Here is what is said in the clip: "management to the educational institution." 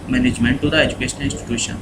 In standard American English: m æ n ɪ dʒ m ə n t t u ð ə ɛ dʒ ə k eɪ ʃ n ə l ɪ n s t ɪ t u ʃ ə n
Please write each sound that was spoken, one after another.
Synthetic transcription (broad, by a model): m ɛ n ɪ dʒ m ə n t t u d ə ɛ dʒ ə k eɪ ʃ ə n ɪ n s t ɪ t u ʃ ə n